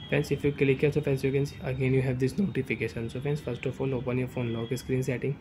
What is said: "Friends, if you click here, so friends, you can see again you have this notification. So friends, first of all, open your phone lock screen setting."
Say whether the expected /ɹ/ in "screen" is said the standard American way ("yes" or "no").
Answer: yes